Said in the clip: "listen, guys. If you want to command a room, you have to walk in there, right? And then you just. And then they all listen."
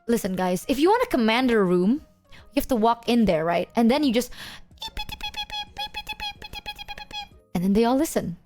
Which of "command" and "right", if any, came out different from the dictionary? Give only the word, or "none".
none